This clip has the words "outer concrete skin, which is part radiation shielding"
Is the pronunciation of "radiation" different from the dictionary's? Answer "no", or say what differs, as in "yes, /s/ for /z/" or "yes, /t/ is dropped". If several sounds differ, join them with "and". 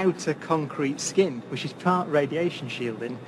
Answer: no